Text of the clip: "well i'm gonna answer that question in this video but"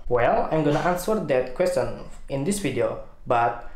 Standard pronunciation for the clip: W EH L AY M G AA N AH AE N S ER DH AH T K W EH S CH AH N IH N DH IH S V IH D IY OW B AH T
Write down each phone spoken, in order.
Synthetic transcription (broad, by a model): W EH L AY M G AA N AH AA N S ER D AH T K W EH S CH AH N IH N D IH S F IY D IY OW B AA T